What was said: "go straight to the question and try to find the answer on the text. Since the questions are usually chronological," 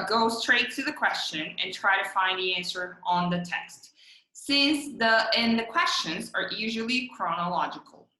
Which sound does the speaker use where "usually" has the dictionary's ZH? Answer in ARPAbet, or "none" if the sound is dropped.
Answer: ZH